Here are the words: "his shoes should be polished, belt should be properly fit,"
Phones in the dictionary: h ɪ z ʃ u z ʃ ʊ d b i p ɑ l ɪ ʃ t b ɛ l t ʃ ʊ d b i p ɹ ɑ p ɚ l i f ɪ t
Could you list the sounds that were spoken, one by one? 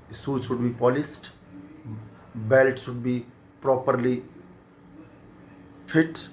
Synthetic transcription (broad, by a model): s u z ʃ ʊ d b i p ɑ l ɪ s t b ɛ l t ʃ ʊ d b i p ɹ ɑ p ɚ l i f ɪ t